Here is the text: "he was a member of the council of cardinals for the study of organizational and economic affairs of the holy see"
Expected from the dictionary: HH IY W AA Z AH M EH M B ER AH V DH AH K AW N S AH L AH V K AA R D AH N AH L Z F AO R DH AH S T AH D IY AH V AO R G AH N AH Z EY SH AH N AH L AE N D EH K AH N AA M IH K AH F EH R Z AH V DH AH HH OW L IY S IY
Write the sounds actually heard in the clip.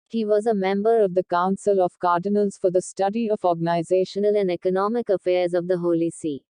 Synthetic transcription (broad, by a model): HH IY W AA Z AH M EH M B ER AH V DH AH K AW N S AH L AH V K AA R D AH N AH L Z F AO R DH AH S T AH D IY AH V AO R G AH N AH Z EY SH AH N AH L AE N D EH K AH N AA M IH K AH F EH R Z AH V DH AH HH OW L IY S IY